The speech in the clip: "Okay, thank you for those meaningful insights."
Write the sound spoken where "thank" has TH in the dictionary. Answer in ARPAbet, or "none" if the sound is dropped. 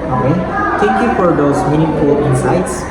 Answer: T